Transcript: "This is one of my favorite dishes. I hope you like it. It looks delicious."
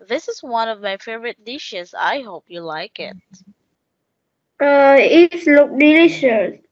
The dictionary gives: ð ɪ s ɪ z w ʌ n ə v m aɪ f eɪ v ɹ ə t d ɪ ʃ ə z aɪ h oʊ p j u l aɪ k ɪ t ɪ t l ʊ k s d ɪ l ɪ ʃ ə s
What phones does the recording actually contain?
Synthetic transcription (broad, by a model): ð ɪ s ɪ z w ʌ n ə v m aɪ f eɪ v ɹ ə t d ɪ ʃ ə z aɪ h oʊ p j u l aɪ k ɪ t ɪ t l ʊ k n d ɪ l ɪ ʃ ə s